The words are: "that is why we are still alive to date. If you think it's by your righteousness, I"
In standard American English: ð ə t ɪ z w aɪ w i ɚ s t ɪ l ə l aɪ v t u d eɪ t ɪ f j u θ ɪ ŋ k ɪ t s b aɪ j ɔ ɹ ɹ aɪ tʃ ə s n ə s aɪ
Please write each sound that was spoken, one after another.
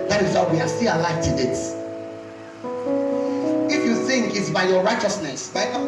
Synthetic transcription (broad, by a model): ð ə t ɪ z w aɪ w i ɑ s t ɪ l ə l aɪ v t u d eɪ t ɪ f j u θ ɪ ŋ k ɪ t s b aɪ j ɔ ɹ ɹ aɪ tʃ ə s n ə s aɪ